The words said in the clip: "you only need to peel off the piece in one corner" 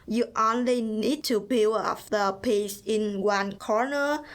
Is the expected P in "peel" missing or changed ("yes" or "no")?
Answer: yes